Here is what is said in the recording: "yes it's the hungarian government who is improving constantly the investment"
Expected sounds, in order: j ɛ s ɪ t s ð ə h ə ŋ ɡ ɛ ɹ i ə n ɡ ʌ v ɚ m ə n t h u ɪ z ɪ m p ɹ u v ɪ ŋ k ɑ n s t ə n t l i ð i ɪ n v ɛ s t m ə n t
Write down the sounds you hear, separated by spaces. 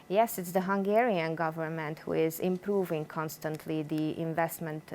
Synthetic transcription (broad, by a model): j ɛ s ɪ t s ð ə h ə ŋ ɡ ɛ ɹ i ə n ɡ ʌ v ɚ m ə n t h u ɪ z ɪ m p ɹ u v ɪ ŋ k ɑ n s t ə n t l i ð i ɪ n v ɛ s t m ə n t